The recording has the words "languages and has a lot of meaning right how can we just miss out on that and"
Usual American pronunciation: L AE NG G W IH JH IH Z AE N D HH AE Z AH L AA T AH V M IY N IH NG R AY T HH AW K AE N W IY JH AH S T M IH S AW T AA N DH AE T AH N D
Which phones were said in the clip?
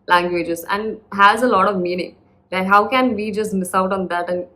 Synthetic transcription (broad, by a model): L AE NG G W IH JH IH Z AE N D HH AE Z AH L AA T AH V M IY N IH NG L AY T HH AW K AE N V IY JH AH S T M IH S AW T AA N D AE T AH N